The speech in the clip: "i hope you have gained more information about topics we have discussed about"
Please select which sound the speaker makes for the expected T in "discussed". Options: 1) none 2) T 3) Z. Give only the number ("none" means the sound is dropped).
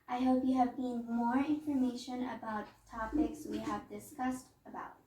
2